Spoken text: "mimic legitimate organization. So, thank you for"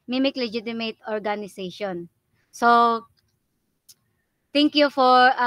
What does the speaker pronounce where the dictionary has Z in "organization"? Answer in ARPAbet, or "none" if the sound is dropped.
S